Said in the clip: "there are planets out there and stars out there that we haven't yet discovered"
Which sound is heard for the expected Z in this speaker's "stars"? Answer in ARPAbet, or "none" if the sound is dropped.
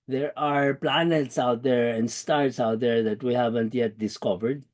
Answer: S